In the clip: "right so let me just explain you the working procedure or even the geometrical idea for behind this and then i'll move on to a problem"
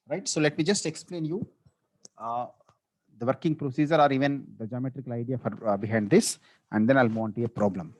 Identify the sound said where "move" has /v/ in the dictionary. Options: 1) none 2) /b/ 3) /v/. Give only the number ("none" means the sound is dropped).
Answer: 1